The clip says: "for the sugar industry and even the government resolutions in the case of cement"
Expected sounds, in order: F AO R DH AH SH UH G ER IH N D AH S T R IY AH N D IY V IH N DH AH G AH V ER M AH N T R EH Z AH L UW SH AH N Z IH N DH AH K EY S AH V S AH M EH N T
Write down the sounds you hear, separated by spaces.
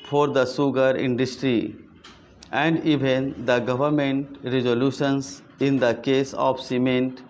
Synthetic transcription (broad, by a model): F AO R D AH S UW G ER IH N D AH S T R IY AH N D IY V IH N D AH G AH V ER M AH N T R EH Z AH L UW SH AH N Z IH N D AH K EY S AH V S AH M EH N T